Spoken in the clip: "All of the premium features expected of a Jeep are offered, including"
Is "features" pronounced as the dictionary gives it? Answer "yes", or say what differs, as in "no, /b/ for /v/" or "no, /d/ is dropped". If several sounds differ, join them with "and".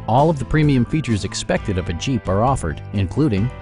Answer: yes